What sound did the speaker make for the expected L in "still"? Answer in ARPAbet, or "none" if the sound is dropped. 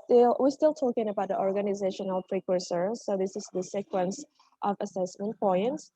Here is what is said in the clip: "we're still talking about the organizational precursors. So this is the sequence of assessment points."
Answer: L